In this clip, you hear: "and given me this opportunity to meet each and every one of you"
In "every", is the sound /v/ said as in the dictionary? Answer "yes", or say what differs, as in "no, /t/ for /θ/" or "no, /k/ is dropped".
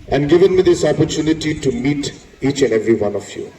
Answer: yes